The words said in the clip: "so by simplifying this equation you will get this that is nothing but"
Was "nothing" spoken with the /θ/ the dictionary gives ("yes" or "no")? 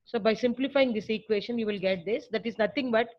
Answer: no